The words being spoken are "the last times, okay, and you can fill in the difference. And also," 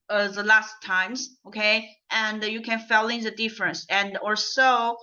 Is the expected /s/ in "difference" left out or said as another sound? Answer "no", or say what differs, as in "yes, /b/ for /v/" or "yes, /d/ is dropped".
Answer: no